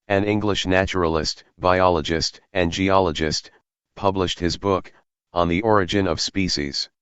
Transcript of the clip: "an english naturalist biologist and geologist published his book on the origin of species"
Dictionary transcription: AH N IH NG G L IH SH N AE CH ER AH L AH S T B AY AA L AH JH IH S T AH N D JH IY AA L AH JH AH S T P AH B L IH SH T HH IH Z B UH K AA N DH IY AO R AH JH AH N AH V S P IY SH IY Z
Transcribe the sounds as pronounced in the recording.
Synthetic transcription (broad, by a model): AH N IH NG G L IH SH N AE CH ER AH L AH S T B AY AA L AH JH IH S T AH N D JH IY AA L AH JH AH S T P AH B L IH SH T HH IH Z B UH K N DH IY AO R AH JH AH N AH V S P IY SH IY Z